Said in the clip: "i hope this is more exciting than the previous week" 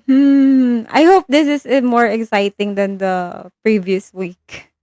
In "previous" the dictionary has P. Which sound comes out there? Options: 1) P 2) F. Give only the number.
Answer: 1